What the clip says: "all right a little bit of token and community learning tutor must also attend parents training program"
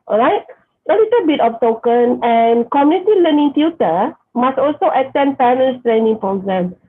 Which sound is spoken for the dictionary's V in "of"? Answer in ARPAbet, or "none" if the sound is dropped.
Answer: P